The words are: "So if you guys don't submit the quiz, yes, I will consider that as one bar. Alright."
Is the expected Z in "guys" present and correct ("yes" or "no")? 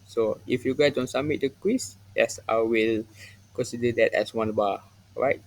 no